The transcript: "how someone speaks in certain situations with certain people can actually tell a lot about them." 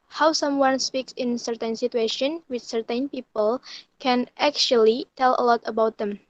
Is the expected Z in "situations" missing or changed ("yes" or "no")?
yes